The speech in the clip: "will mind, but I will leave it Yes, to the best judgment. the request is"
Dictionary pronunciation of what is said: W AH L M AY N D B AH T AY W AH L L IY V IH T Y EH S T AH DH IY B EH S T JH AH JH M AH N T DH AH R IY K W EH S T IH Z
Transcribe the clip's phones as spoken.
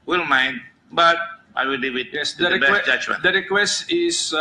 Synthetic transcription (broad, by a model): W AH L M AY N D B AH T AY W AH L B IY W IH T Y EH S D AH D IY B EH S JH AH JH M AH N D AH R IY K W EH S T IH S